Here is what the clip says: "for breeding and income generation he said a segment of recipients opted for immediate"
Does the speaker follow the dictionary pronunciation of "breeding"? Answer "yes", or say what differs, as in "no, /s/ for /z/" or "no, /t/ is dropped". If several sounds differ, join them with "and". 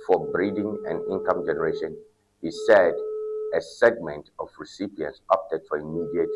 yes